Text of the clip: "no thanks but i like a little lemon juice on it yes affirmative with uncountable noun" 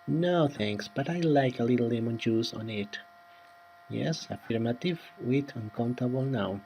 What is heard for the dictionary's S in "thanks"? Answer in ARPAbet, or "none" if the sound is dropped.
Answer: S